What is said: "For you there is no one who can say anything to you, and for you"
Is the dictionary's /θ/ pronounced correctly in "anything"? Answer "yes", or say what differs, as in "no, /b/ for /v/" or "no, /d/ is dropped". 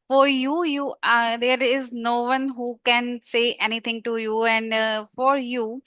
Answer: no, /t/ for /θ/